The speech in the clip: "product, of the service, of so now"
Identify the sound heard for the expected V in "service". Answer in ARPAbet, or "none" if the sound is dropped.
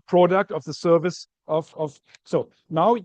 V